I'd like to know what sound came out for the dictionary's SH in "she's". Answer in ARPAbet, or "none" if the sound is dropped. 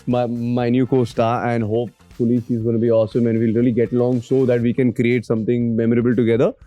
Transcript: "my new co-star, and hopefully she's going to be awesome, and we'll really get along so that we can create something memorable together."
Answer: S